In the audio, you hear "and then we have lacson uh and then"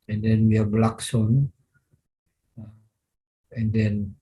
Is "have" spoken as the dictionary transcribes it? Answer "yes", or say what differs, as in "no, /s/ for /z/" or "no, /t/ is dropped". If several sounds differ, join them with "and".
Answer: no, /b/ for /v/